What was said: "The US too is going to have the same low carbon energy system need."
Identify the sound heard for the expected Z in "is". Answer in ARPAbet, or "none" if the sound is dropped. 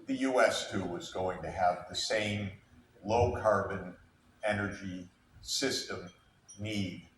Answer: Z